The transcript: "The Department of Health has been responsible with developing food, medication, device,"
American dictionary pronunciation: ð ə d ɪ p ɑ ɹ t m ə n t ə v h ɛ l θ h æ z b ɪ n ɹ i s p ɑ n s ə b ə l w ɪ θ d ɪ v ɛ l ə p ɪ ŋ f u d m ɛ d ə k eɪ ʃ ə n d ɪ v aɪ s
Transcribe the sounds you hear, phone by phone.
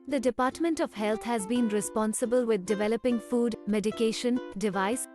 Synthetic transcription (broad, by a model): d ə d ɪ p ɑ ɹ t m ə n t ə v h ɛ l t h æ z b ɪ n ɹ i s p ɑ n s ə b ə l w ɪ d d ɪ v ɛ l ə p ɪ ŋ f u d m ɛ d ə k eɪ ʃ ə n d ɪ v aɪ s